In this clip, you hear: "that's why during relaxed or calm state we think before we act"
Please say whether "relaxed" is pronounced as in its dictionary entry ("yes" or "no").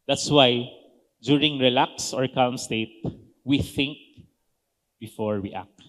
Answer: no